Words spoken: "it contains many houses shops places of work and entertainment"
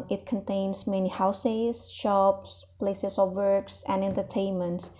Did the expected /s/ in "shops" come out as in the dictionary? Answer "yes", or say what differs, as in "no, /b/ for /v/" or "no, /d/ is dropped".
yes